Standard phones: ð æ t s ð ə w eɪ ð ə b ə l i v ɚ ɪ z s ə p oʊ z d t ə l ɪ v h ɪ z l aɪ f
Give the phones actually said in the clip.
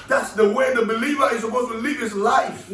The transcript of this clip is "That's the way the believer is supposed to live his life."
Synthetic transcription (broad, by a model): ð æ t s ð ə w eɪ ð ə b ə l i v ɚ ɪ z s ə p oʊ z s t ə l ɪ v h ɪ s l aɪ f